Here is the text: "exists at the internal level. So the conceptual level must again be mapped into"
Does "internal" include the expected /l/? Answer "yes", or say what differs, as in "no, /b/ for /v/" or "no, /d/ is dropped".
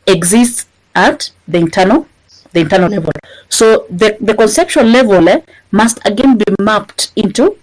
no, /n/ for /l/